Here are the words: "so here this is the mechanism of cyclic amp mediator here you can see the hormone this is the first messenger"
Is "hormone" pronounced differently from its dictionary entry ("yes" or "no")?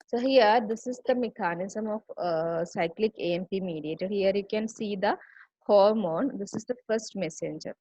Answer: no